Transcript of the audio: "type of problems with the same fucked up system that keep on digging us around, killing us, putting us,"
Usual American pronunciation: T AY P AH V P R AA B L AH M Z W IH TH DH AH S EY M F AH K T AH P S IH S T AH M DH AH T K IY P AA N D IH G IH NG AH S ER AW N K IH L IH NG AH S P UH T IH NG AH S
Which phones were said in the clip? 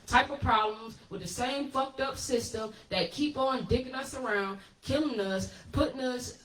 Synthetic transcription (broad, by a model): T AY P AH V P R AA B L AH M Z W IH DH AH S EY M F AH K T AH P S IH S T AH M DH AH T K IY P N D IH G IH NG AH S ER AW N K IH L IH NG AH S P UH T IH NG AH S